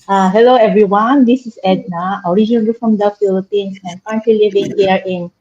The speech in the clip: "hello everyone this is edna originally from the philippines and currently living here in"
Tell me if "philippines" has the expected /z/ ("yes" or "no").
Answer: no